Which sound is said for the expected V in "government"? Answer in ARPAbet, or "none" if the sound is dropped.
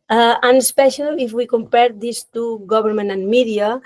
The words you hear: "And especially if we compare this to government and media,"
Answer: B